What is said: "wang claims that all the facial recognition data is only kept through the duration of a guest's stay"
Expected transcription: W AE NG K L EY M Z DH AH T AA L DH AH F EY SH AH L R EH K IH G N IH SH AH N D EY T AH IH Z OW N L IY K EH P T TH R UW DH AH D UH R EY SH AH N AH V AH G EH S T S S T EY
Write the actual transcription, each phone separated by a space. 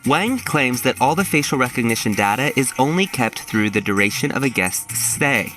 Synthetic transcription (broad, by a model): W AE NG K L EY M Z DH AH T AA L DH AH F EY SH L R EH K IH G N IH SH AH N D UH T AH IH Z OW N L IY K EH P T TH R UW DH AH D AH R EY SH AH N AH V AH G EH S T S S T EY